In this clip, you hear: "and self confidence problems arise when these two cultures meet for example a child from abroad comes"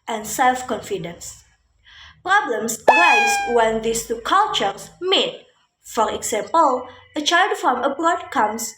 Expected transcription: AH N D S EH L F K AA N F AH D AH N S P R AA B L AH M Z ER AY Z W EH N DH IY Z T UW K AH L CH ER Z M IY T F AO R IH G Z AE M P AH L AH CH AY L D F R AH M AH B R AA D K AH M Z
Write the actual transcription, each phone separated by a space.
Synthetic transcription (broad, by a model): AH N S EH L F K AA N F AH D AH N S P R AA B L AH M S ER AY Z W EH N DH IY S T UW K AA L CH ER S M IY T F AO R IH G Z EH M P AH L AH CH AY L D F R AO M AH B R AA D K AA M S